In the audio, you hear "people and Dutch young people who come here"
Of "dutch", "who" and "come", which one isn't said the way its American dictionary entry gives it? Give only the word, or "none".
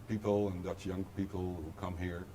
dutch